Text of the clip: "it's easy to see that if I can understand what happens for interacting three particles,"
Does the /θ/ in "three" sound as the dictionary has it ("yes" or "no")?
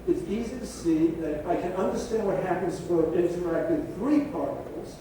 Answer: yes